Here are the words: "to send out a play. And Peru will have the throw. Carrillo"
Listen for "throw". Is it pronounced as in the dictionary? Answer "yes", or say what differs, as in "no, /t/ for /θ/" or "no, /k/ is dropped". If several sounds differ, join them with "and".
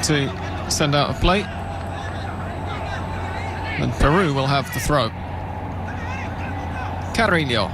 yes